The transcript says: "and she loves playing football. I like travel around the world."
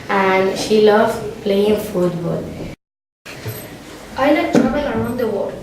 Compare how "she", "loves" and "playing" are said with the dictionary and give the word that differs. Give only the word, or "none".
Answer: loves